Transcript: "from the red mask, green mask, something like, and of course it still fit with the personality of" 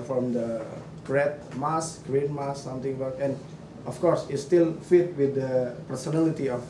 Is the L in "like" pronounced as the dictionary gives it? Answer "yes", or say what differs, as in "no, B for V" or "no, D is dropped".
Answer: no, W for L